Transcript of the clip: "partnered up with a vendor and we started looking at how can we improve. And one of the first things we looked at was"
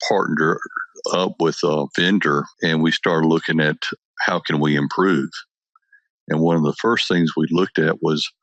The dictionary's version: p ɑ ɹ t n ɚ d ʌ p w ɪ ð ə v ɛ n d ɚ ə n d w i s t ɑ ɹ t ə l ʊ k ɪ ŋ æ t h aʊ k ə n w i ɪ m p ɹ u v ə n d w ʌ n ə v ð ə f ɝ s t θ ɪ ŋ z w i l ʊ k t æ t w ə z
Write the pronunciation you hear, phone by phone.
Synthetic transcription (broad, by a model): p ɑ ɹ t n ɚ ʌ p w ɪ ð ə v ɛ n d ɚ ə n w i s t ɑ ɹ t l ʊ k ɪ ŋ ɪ t h aʊ k ə n w i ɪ m p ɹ u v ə n w ʌ n ə v ð ə f ɝ s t θ ɪ ŋ z w i l ʊ k t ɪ t w ə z